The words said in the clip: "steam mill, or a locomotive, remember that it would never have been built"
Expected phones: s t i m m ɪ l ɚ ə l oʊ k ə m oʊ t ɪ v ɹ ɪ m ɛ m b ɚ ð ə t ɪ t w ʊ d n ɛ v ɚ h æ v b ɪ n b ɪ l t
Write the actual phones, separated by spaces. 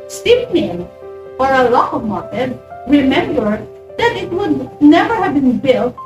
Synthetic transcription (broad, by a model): s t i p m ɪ n ɚ ə l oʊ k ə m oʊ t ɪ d ɹ ɪ m ɛ m b ɚ ð ə t ɪ t w ʊ d n ɛ v ɚ h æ v b ɪ n b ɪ l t